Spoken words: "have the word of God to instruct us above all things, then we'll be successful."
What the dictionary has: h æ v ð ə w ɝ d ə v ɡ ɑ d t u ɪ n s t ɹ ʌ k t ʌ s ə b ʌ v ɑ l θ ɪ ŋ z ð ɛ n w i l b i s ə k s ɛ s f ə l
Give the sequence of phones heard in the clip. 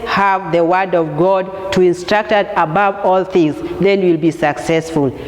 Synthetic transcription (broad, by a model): h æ v ð ə w ɝ d ə v ɡ ɑ d t u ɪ n s t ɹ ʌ k t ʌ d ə b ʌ v ɑ l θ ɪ ŋ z ð ɛ n w i l b i s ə k s ɛ s f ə l